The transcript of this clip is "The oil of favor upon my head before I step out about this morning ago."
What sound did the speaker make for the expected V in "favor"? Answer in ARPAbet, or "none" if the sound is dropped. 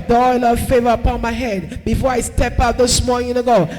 V